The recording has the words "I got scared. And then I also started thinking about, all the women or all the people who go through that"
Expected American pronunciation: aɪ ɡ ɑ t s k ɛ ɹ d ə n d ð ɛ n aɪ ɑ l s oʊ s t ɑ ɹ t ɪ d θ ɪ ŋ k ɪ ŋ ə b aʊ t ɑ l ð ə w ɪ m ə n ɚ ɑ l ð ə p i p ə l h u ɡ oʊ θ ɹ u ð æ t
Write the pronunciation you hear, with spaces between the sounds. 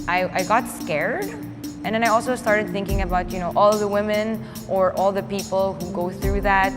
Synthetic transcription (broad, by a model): aɪ ɡ ɑ t s k ɛ ɹ d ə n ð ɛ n aɪ ɑ l s oʊ s t ɑ ɹ t ɪ d θ ɪ ŋ k ɪ ŋ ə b aʊ t ɑ l ð ə w ɪ m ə n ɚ ɑ l ð ə p i p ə l h u ɡ oʊ θ ɹ u ð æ t